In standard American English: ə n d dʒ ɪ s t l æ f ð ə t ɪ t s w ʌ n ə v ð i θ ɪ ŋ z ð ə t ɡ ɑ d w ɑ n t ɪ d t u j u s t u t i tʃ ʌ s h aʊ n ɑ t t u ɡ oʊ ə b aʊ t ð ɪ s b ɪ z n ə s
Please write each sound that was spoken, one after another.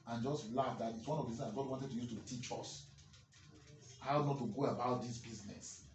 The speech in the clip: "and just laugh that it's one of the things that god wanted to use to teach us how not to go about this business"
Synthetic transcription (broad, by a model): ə n dʒ ɪ s t l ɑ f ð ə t ɪ t s w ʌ n ə v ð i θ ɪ z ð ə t ɡ ɑ d w ɑ n t ɪ d t u j u s t u t i tʃ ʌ s h aʊ n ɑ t t u ɡ oʊ ə b aʊ t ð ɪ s b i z n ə s